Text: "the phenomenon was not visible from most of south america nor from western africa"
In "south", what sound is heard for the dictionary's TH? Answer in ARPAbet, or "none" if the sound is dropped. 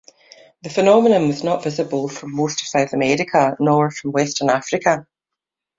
TH